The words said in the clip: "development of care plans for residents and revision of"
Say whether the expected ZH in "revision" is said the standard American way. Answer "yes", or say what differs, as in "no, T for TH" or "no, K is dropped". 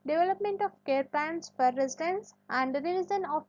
no, Z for ZH